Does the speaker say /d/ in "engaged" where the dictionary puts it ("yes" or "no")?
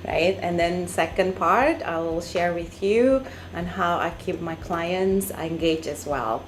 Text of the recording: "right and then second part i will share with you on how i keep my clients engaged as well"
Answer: no